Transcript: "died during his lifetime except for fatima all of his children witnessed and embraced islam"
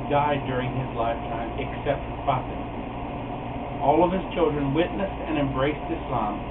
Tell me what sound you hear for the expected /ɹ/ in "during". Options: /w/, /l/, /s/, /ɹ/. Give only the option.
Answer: /ɹ/